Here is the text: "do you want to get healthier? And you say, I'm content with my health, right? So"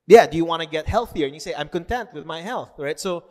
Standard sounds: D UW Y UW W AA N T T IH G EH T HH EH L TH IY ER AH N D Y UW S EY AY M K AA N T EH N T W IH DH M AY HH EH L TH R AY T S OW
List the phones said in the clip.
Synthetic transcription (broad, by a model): D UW Y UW W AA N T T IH G EH T HH EH L TH IY ER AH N Y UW S EY AY M K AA N T EH N T W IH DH M AY HH EH L TH R AY T S OW